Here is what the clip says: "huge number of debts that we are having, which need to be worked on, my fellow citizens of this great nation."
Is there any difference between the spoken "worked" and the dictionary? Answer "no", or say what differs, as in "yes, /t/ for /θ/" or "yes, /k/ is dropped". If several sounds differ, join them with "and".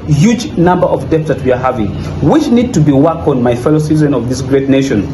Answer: yes, /t/ is dropped